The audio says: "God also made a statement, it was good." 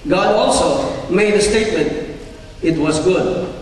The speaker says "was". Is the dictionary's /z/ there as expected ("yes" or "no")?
yes